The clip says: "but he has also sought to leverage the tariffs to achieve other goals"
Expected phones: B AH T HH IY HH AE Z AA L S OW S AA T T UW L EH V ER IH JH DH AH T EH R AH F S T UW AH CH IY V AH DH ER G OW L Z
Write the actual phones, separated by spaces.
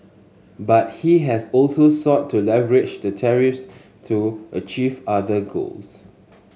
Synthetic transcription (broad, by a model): B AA T HH IY HH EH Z AA L S OW S AA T T UW L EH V ER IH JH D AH T EH R AH F S T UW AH CH IY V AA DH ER G OW L S